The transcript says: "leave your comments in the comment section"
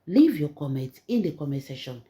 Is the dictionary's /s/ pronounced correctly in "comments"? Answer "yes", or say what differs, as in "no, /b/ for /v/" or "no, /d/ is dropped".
no, /s/ is dropped